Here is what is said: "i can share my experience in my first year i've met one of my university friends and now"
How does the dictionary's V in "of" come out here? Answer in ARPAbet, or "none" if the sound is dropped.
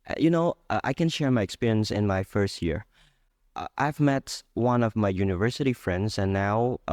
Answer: V